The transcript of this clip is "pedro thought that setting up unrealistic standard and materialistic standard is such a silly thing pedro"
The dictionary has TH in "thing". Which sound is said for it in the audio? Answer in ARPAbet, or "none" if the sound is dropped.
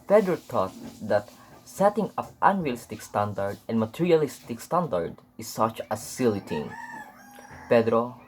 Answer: T